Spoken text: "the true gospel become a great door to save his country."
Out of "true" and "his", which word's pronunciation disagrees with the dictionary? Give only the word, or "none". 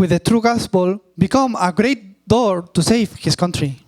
his